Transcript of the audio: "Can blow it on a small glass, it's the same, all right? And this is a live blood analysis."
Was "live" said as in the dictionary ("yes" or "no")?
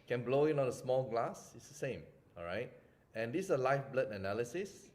no